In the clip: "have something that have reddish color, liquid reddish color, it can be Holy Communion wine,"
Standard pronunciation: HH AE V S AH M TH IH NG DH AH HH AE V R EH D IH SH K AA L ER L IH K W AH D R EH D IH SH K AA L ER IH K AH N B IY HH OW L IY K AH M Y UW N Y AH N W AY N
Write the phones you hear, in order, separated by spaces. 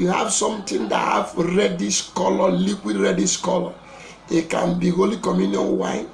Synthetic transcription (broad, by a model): HH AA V S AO M T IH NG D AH HH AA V R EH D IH S K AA L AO L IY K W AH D R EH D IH S K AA L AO IH K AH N B IY HH OW L IY K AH M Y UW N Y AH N W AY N